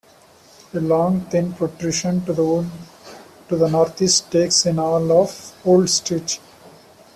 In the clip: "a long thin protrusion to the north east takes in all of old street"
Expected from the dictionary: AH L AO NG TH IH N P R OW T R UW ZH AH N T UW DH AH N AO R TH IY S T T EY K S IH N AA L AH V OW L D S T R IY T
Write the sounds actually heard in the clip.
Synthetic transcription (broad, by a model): AH L AO NG T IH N P R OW T R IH SH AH N T UW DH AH N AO R T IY S T T EY K S IH N AA L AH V OW L D S T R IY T